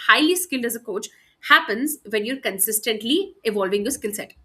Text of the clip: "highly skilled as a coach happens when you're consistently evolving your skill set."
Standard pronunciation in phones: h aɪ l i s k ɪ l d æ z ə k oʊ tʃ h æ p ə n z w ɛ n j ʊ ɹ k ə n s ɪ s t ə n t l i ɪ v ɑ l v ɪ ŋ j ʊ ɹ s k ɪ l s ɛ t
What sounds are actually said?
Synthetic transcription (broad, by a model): h aɪ l i s k ɪ l d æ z ə k oʊ tʃ h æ p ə n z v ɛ n j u ɹ k ə n s ɪ s t ə n t l i ɪ v ɑ l v ɪ ŋ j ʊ s k ɪ l s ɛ t